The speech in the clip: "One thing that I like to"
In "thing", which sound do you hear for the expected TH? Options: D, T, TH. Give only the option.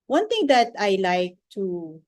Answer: T